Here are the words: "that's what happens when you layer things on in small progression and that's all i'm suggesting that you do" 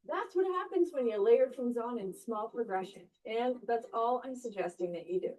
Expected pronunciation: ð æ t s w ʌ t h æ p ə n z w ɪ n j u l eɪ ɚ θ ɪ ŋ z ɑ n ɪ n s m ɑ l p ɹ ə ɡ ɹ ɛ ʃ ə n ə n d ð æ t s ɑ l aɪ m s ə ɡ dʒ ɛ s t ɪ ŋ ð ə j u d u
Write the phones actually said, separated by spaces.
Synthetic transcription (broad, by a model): ð æ t s w ʌ t h æ p ə n z w ɪ n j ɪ l eɪ ɚ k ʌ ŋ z n ɪ n s m ɑ l p ɹ ə ɡ ɹ ɛ ʃ ə n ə n ð æ t s ɑ l aɪ m s ə ɡ dʒ ɛ s t ɪ ŋ ð ə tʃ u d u